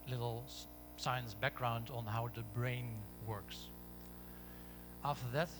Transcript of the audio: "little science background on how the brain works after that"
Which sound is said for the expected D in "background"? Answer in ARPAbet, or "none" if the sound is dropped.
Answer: D